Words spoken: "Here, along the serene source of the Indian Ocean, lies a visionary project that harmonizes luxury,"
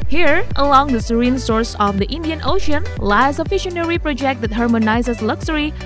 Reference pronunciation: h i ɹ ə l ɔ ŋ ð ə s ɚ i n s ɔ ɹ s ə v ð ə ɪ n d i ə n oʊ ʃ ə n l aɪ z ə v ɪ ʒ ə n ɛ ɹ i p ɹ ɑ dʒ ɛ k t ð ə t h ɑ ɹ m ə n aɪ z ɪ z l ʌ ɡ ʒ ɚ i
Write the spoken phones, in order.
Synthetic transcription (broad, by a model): h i ɹ ə l ɔ ŋ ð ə s ɚ i n s ɔ ɹ s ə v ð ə ɪ n d i ə n oʊ ʃ ə n l aɪ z ə f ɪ ʃ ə n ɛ ɹ i p ɹ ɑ dʒ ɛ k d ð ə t h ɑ ɹ m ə n aɪ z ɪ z l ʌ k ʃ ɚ i